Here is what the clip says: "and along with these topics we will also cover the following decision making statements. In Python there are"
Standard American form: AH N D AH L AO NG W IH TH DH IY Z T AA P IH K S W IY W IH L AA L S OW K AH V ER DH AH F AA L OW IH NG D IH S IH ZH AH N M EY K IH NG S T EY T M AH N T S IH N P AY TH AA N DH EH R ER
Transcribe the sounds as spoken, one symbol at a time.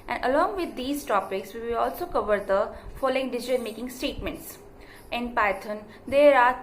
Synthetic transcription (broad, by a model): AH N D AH L AO NG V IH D IY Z T AA P IH K S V IY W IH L AA L S OW K AH V ER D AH F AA L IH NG D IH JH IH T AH L M EY K IH NG S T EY T M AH N T S IH N P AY T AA N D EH R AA